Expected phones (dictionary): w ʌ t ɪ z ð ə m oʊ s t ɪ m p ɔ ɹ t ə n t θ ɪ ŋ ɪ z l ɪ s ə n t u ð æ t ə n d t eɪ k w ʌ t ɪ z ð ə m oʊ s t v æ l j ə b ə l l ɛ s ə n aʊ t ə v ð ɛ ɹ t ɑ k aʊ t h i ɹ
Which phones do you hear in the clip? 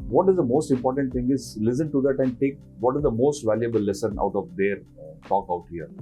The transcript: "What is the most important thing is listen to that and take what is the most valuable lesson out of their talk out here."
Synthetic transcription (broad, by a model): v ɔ t ɪ z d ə m oʊ s t ɪ m p ɔ ɹ t ə n t t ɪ ŋ ɪ z l ɪ s ə n t u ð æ t ə n d t eɪ k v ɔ t ɪ z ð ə m oʊ s t v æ l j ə b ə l l ɛ s ə n aʊ t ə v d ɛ ɹ t ɑ k aʊ t h i ɹ